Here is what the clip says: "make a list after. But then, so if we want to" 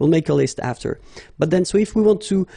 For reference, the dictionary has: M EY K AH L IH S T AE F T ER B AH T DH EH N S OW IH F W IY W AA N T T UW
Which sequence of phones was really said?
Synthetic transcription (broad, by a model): M EY K AH L IH S T AE F T ER B AH T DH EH N S OW IH F W IY W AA N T T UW